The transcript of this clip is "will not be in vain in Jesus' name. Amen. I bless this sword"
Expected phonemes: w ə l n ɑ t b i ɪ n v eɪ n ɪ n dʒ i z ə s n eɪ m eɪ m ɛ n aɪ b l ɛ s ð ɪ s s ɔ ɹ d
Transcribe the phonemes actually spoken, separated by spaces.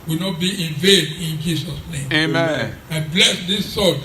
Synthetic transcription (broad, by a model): w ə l n ɑ t b i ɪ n v eɪ n ɪ n dʒ i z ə s n eɪ m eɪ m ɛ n b l ɛ s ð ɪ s s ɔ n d